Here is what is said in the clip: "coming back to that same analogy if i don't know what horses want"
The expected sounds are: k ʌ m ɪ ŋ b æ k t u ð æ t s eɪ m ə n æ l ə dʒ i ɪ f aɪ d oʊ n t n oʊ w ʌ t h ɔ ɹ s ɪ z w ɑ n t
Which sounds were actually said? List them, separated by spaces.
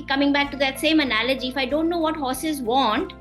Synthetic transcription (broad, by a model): k ʌ m ɪ ŋ b æ k t u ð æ t s eɪ m ə n æ l ə dʒ i ɪ f aɪ d oʊ n t n oʊ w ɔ t h ɔ s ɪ z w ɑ n t